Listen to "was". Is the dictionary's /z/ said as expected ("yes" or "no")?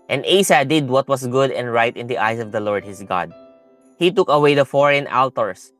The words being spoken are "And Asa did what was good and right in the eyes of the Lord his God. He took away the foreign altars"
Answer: no